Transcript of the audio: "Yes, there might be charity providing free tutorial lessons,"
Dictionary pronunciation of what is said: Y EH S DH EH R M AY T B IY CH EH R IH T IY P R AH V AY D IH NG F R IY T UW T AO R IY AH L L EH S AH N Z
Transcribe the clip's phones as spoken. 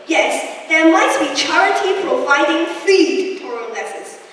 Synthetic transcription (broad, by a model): Y EH S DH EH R M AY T B IY CH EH R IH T IY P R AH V AY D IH NG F IY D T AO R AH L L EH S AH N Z